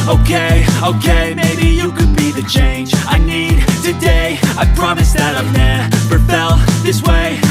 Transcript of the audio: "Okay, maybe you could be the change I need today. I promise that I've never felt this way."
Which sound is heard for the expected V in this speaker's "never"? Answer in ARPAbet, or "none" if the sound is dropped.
P